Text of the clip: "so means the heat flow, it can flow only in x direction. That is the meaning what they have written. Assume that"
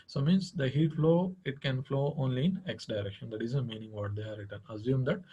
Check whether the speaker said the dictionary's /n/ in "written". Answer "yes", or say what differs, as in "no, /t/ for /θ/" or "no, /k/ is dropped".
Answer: yes